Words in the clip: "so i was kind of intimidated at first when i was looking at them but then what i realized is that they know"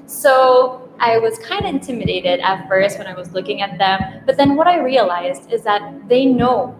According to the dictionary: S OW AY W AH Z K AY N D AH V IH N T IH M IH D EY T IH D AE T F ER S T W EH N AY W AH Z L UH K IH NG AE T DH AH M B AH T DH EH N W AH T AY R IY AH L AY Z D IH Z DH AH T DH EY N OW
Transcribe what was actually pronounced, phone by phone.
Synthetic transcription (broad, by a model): S OW AY W AH Z K AY N D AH IH N T IH M IH D EY T IH D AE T F ER S T W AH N AY W AH Z L UH K IH NG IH T DH AH M B AH T DH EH N W AH T AY R IY AH L AY Z D IH Z DH AH T DH EY N OW